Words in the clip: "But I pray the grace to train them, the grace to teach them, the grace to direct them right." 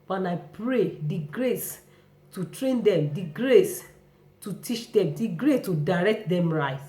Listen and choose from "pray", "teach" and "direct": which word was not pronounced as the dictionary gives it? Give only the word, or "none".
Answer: none